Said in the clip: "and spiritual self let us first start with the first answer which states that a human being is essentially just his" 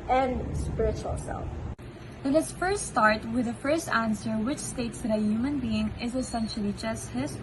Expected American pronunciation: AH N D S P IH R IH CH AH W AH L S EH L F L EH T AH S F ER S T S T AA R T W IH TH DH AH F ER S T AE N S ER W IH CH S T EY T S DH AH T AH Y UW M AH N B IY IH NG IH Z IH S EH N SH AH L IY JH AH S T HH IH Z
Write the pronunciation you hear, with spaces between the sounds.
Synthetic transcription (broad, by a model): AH N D S P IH R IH CH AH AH L S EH L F N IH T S F ER S T S T AA R T W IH DH AH F ER S T AE N S ER W IH CH S T EY T S DH AH T AH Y UW M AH N B IY IH NG IH Z IH S EH N SH AH L IY JH AH S T HH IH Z